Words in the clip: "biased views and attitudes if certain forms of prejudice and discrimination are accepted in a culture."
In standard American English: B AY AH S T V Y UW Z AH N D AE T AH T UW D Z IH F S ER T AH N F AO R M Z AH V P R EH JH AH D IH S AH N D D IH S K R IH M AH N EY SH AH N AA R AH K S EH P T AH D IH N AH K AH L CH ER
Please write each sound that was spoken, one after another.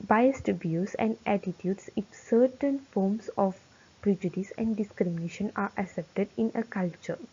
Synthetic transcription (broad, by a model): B AY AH S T B Y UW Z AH N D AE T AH T UW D S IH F S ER T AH N F AO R M S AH F P R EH JH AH D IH S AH N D D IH S K R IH M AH N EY SH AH N AA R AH S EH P T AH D IH N AH K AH L CH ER